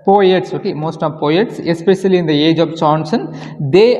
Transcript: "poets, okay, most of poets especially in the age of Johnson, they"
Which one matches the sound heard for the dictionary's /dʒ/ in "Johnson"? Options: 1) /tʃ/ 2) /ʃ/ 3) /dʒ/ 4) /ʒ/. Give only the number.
1